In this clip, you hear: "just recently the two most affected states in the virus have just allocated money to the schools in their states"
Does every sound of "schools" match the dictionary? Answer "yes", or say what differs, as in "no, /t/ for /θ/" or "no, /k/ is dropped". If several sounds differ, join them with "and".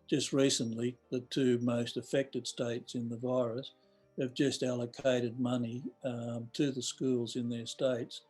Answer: yes